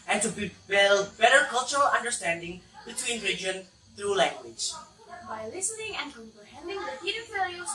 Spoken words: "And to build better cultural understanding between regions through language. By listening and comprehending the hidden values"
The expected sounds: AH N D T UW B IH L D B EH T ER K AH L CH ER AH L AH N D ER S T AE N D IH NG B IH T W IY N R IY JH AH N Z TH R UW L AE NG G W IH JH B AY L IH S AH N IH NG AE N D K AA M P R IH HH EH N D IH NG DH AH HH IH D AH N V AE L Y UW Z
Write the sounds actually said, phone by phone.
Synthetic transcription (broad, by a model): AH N T UW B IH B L B EH T ER K AH L CH ER AH L AH N D ER S T AE N D IH NG B IH T W IY N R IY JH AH N TH R UW L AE NG G W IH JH B AY L IH S AH N IH NG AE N K AA M P R IH HH EH N D IH NG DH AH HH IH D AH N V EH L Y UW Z